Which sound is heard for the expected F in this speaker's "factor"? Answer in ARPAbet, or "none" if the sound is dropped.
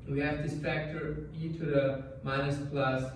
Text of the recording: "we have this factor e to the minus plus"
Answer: P